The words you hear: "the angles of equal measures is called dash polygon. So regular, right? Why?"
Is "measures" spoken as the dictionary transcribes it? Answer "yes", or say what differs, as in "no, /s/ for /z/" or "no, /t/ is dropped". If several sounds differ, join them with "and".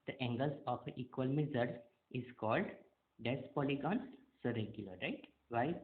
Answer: no, /z/ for /ʒ/